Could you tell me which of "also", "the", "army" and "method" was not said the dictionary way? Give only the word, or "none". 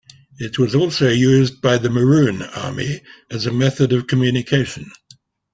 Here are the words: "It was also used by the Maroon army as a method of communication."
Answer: none